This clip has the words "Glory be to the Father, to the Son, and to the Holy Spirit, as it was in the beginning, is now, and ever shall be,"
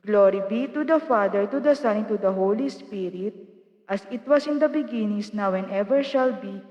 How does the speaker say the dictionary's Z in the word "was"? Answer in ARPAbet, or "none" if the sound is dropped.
S